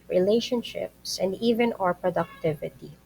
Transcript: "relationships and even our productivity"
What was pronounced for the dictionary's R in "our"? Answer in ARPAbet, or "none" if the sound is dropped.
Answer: R